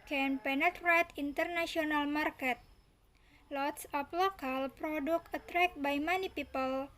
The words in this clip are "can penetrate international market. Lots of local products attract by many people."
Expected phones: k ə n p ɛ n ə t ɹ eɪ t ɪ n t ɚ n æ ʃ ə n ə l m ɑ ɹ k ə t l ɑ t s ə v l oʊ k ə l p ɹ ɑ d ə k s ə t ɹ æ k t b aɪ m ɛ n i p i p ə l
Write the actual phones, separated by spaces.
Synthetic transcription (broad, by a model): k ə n p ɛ n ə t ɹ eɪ t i n t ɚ n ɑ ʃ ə n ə l m ɑ ɹ k ə t l ɑ t s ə p l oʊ k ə l p ɹ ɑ d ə k ə t ɹ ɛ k b aɪ m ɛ n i p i p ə l